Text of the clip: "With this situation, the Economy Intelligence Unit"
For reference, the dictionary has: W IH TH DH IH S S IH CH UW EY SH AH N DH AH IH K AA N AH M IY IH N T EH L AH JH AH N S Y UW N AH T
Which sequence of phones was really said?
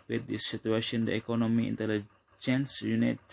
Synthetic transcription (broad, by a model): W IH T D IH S S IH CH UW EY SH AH N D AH IH K AA N AH M IY IH N T EH L AH JH AH N S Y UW N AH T